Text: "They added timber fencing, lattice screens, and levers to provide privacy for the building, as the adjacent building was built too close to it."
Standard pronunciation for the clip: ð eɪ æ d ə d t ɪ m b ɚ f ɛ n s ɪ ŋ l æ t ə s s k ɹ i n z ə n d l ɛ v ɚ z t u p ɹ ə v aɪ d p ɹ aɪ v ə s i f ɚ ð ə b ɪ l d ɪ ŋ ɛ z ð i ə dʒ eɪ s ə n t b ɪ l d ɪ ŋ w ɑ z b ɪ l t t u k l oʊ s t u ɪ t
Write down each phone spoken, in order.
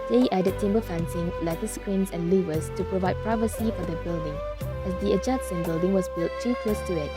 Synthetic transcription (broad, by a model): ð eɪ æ d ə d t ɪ m b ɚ f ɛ n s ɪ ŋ l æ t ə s s k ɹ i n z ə n l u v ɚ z t u p ɹ ə v aɪ d p ɹ aɪ v ə s i f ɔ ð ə b ɪ l d ɪ ŋ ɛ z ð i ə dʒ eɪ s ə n b ɪ l d ɪ ŋ w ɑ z b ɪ l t t u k oʊ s t u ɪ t